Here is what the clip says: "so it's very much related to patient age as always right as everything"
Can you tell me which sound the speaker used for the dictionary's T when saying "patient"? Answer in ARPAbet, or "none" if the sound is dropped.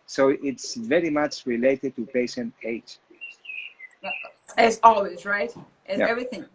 none